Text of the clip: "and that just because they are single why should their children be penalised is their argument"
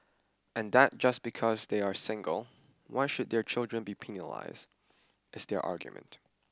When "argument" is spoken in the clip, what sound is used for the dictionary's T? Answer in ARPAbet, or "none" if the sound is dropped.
T